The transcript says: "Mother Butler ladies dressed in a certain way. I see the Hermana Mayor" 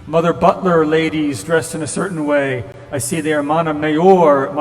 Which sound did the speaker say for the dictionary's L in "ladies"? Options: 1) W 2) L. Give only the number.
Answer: 2